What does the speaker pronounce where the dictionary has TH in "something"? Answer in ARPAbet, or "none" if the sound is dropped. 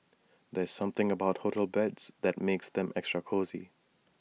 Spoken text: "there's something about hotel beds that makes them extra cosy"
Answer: TH